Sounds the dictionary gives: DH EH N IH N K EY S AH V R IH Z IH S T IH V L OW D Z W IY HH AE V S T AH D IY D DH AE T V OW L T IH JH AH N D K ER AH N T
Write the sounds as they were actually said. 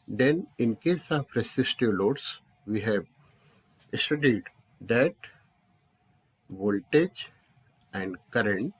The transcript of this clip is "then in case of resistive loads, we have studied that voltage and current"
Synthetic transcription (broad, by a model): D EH N IH N K EY S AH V R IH S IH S T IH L OW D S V IY HH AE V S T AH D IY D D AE T V OW L T IH JH AH N D K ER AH N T